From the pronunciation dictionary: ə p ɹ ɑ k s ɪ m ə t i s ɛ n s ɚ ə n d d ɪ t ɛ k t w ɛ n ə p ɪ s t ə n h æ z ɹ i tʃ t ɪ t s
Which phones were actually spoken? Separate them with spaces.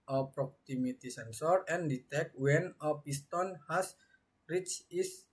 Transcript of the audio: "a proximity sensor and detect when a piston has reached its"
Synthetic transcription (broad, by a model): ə p ɹ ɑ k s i m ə t i s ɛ n s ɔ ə n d d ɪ t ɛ k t w ɛ n ə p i s t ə n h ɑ s ɹ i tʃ ɪ s